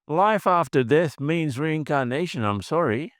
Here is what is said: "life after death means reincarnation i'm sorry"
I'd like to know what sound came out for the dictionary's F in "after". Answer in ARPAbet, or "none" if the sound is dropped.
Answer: F